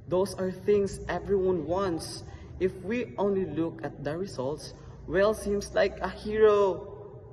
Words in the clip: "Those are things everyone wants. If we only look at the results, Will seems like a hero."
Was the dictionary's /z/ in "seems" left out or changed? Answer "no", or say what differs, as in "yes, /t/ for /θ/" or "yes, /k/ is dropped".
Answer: yes, /s/ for /z/